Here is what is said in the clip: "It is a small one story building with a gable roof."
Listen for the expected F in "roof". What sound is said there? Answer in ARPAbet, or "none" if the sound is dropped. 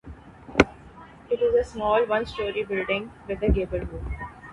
none